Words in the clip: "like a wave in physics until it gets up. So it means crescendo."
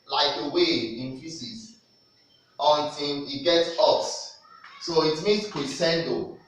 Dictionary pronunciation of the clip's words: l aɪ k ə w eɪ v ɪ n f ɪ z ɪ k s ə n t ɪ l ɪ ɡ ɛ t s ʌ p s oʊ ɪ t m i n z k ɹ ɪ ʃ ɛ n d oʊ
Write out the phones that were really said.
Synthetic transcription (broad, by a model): l aɪ k ə w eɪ ɪ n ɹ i s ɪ s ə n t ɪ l ɪ ɡ ɛ t s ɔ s s oʊ ɪ t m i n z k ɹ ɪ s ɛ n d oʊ